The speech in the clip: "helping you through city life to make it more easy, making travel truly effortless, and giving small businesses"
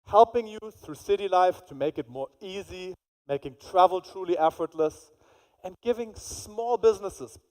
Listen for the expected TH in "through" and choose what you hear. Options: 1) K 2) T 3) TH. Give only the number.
3